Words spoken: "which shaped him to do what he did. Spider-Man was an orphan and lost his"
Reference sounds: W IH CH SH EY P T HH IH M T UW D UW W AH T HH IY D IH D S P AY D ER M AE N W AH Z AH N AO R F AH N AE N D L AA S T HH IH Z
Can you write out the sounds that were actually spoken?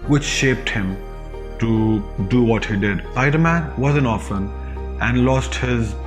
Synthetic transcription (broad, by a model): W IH CH SH EY P T HH IH M T UW D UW W AH T HH IY D IH D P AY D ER M AE N W AH Z AH N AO F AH N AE N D L AA S T HH IH Z